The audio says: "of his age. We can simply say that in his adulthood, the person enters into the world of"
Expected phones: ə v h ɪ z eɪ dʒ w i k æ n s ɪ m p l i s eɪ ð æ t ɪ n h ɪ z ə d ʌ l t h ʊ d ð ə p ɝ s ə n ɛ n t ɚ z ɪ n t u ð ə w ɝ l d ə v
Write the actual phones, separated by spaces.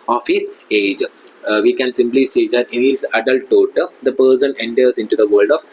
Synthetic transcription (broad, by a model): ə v h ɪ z eɪ dʒ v i k æ n s ɪ m p l i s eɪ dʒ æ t ɪ n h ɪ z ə d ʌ l t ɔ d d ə p ɝ s ə n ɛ n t ɚ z ɪ n t u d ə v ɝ l d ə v